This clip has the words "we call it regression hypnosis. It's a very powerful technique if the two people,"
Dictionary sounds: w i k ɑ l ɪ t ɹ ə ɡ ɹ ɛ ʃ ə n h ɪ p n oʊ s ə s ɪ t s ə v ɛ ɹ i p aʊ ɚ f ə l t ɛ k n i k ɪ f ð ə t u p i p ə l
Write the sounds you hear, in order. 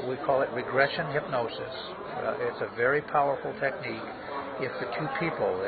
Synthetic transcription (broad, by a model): w i k ɑ l ɪ t ɹ ə ɡ ɹ ɛ ʃ ə n h ɪ p n oʊ s ə s ɪ t s ə v ɛ ɹ i p aʊ ɚ f l t ɛ k n i k ɪ f ð ə t u p i p l